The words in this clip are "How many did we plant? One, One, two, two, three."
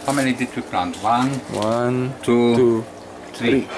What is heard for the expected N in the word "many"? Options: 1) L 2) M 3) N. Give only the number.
1